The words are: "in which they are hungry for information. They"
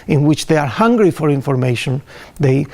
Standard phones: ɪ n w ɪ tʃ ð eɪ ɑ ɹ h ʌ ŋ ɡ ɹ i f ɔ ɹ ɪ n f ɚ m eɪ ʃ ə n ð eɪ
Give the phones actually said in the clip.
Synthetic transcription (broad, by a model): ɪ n w ɪ tʃ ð eɪ ɑ ɹ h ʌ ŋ ɡ ɹ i f ɔ ɹ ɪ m f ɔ m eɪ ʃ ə n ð eɪ